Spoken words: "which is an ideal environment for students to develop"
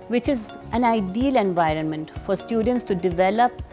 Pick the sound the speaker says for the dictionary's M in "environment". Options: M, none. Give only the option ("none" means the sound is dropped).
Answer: M